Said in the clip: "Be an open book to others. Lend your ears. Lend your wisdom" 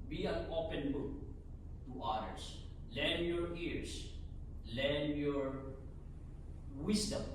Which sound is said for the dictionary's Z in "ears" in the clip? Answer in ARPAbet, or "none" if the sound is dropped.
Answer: S